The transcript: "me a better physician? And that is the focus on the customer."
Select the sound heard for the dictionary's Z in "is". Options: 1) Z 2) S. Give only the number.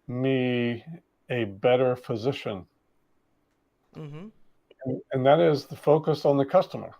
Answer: 1